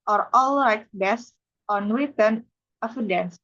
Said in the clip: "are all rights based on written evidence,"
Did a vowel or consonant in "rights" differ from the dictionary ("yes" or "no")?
yes